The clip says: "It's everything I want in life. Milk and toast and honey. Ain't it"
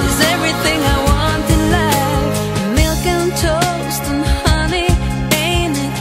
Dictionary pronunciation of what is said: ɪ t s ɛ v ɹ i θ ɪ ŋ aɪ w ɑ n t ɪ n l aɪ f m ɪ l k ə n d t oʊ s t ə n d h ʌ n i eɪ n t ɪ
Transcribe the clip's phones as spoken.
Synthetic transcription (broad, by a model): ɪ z ɛ v ɹ i θ ɪ ŋ aɪ w ɑ n t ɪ l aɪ m ɪ l k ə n t oʊ s t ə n h ʌ n i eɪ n ɪ